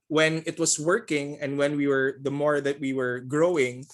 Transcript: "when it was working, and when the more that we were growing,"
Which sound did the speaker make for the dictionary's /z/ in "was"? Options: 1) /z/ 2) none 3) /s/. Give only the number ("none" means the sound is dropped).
3